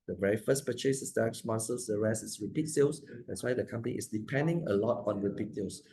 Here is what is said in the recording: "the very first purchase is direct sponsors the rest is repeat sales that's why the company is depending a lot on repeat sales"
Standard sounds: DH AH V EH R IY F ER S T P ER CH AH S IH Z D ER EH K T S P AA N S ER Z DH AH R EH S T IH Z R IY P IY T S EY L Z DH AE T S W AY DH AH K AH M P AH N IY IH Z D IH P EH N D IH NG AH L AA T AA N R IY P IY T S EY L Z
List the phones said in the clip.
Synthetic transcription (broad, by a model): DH AH V EH R IY F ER S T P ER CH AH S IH S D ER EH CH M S AH L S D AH R EH S T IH S R IY P IY T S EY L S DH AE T S W AY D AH K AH M P AH N IY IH S D IH P EH N D IH NG AH L AA T AA N R IY P IY T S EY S